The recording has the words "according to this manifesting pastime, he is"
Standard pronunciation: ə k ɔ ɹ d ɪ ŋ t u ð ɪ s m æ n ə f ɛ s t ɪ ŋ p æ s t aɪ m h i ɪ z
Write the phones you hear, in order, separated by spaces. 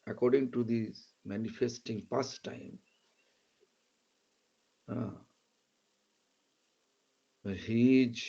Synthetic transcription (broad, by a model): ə k ɔ ɹ d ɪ ŋ t u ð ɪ m æ n ə f ɛ s t ɪ ŋ p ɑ s t aɪ m h i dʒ